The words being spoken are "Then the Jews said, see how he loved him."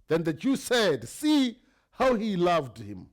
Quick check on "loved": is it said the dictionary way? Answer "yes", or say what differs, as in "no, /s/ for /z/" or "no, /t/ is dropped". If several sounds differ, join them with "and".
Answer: yes